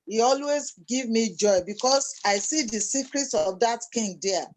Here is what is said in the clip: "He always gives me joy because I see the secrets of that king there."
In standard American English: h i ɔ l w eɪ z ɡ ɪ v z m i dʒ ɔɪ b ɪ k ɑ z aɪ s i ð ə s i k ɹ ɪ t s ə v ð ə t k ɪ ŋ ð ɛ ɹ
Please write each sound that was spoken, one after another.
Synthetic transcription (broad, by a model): h i ɔ l w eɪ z ɡ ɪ v m i dʒ ɔɪ b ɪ k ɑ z aɪ s i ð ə s i k ɹ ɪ t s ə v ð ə t k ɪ ŋ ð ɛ